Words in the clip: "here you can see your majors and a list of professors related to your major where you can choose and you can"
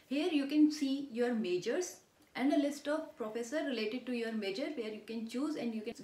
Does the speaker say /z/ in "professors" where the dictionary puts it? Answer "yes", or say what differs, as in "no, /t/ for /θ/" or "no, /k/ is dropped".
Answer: no, /z/ is dropped